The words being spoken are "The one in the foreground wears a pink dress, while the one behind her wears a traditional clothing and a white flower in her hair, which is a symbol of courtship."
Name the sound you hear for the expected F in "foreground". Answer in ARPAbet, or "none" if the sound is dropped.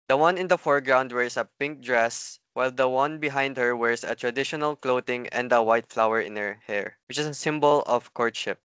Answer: F